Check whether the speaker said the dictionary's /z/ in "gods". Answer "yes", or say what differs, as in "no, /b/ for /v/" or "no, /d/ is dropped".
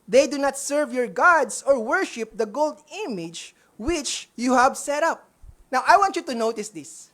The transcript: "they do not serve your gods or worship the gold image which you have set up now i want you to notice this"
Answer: no, /s/ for /z/